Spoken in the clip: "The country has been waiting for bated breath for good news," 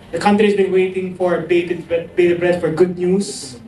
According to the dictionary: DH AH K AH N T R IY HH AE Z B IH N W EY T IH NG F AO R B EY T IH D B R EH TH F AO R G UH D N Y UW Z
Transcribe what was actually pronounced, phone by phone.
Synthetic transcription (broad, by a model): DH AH K AH N T R IY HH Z B IH N W EY T IH NG F AO R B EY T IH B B R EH T F AO R G UH D N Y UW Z